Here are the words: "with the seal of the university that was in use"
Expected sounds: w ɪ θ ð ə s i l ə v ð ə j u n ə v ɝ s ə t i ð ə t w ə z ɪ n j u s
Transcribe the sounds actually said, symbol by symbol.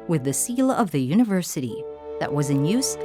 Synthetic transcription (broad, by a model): w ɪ ð ə s i l ə v ð ə j u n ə v ɝ s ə t i ð ə t w ə z ɪ n j u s